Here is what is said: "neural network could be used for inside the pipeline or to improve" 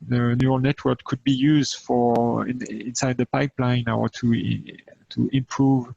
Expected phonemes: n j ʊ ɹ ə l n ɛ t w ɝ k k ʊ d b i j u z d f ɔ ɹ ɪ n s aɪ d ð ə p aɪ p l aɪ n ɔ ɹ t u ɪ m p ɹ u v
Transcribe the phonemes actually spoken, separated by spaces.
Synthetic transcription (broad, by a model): n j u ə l n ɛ t w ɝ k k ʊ d b i j u z d f ɔ ɹ ɪ n s aɪ d ð ə p aɪ p l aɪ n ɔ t t u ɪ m p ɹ u v